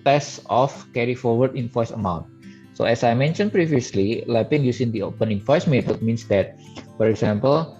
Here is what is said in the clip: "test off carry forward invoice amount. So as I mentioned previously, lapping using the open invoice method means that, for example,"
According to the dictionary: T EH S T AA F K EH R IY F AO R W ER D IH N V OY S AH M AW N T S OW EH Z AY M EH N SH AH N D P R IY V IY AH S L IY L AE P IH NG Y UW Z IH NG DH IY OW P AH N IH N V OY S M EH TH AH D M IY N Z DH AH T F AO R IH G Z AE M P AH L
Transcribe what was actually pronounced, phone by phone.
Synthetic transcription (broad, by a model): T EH S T AA F K EH R IY F AO R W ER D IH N F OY S AH M AW N T S OW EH S AY M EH N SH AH N P R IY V IY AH S L IY L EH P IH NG Y UW S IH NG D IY OW P AH N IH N F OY S M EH T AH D M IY N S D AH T F AO R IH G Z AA M P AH L